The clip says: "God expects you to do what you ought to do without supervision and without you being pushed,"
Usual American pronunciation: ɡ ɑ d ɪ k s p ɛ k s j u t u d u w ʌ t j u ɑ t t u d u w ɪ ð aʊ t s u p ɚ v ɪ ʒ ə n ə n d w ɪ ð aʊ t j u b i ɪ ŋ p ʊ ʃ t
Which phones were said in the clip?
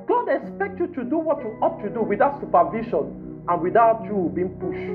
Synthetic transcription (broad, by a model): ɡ ɑ d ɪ k s p ɛ k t j u t u d u w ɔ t j u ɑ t t u d u w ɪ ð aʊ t s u p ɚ v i ʃ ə n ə n w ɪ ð aʊ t j u b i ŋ p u ʃ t